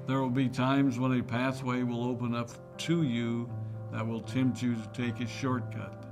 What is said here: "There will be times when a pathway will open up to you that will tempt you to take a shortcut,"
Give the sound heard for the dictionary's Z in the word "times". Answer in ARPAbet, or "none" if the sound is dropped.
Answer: Z